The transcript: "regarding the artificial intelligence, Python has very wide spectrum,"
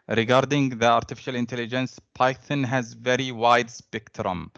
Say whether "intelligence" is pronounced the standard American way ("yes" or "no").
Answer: yes